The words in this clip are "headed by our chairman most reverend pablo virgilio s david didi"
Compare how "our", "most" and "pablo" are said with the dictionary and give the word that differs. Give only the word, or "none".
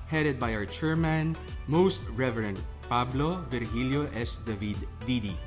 our